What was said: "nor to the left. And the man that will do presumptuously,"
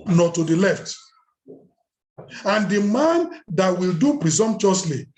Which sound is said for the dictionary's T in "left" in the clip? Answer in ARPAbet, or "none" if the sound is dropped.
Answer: T